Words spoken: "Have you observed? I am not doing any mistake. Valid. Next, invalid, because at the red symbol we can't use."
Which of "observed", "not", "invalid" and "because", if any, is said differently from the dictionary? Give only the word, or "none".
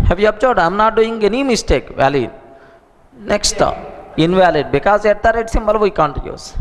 observed